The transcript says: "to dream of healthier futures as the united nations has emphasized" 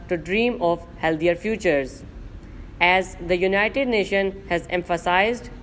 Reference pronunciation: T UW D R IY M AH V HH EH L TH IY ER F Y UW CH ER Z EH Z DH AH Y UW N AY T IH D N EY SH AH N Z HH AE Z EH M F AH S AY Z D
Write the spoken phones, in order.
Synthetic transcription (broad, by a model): T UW D R IY M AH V HH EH L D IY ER F Y UW CH ER Z EH Z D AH Y UW N AY T IH D N EY SH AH N HH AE Z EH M F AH S AY Z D